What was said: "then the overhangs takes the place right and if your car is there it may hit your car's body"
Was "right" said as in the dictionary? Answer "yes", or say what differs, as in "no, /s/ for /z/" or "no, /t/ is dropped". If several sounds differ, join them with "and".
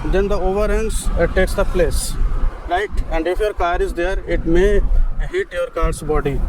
no, /l/ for /ɹ/